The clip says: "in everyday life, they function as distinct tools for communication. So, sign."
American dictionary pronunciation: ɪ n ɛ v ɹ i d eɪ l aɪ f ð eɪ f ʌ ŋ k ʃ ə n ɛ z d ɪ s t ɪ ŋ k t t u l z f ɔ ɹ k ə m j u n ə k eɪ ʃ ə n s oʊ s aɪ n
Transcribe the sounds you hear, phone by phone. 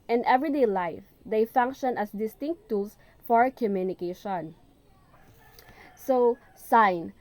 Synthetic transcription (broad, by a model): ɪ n ɛ v ɹ i d eɪ l aɪ f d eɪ f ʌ ŋ k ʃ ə n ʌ s d ɪ s t ɪ ŋ k t t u l s f ɔ ɹ k ə m j u n ə k eɪ ʃ ə n s oʊ s aɪ n